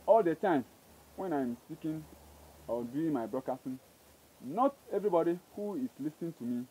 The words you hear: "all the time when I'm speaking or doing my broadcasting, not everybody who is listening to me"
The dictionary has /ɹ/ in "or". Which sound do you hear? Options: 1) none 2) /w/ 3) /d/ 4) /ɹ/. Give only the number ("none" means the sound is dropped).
2